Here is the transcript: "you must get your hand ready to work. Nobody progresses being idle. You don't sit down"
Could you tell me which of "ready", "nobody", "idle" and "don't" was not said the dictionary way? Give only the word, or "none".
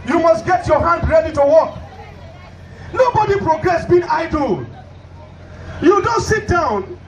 none